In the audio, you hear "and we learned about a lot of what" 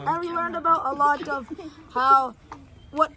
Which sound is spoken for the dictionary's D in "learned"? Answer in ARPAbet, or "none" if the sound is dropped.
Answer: D